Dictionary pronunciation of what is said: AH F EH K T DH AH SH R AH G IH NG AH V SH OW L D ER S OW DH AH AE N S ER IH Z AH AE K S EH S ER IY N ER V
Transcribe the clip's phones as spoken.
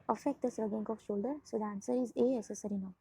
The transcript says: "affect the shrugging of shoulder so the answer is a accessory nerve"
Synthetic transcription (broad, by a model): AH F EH K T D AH S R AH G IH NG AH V SH OW L D ER S OW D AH N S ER IH Z AH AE S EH S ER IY N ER